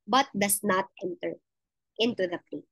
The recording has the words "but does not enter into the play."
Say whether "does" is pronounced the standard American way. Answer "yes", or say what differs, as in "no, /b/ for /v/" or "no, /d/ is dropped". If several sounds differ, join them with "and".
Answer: no, /s/ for /z/